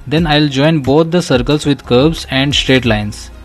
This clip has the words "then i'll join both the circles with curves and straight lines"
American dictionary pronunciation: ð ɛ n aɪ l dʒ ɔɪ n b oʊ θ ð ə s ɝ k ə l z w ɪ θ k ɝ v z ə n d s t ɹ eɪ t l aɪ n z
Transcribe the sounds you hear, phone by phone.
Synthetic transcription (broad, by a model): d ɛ n aɪ l dʒ ɔɪ n b oʊ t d ə s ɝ k ə l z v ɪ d k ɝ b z ə n d s t ɹ eɪ t l aɪ n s